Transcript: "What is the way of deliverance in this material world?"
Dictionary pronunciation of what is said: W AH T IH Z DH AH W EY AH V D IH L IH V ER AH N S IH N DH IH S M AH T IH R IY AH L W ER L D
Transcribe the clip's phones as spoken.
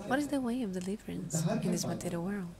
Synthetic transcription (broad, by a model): W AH T IH Z DH AH W EY AH V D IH L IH V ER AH N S IH N DH IH S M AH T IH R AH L W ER L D